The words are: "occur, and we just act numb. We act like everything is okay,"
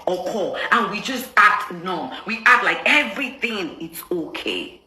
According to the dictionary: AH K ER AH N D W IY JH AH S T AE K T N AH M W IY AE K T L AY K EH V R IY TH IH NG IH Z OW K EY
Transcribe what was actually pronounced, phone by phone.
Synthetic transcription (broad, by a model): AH K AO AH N W IY JH AH S T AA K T N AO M W IY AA T L AY K EH V R IY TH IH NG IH S OW K EY